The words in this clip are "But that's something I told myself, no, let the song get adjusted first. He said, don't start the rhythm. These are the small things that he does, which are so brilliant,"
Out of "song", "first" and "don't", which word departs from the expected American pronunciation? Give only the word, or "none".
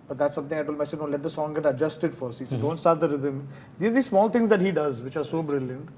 first